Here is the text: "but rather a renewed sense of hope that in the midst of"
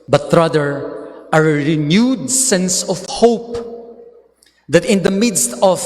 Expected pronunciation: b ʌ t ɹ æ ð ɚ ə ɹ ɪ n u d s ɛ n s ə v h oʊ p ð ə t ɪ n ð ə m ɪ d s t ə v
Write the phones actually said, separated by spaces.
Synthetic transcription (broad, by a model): b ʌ t ɹ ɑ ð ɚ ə ɹ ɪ n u d s ɛ n s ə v h oʊ p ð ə t ɪ n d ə m ɪ d s t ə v